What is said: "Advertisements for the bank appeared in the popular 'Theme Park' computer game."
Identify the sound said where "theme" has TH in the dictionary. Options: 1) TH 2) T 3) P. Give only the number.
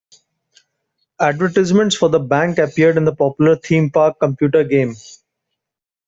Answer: 2